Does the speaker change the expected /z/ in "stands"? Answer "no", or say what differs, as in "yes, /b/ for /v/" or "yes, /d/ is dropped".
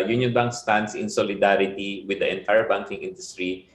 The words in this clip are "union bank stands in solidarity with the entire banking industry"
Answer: yes, /s/ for /z/